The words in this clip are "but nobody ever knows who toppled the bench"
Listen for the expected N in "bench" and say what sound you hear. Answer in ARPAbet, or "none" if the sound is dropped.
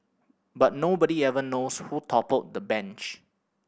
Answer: N